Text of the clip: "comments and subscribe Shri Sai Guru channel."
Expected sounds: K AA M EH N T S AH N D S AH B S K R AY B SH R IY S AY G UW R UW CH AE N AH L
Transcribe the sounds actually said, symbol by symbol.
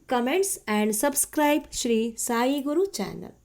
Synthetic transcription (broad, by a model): K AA M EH N T S AH N D S AH B S K R AY B SH R IY S AY G UW R UW CH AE N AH L